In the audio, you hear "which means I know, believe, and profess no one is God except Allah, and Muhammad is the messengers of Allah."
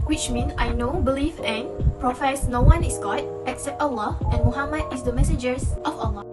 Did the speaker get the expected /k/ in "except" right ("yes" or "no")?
yes